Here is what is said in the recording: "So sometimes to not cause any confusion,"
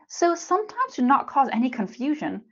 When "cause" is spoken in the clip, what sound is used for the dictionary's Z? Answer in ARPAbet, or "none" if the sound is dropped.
Z